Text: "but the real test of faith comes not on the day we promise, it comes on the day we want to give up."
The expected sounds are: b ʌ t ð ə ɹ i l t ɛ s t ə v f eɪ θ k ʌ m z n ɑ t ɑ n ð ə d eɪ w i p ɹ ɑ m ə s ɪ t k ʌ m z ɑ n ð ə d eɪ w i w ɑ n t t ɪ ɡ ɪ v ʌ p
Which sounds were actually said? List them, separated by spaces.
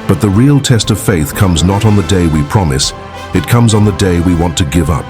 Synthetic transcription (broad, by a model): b ʌ t ð ə ɹ i l t ɛ s t ə v f eɪ θ k ʌ m z n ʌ t n ð ə d eɪ w i p ɹ ɑ m ə s ɪ t k ʌ m z n ð ə d eɪ w i w ɑ n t t ɪ ɡ ɪ v ʌ p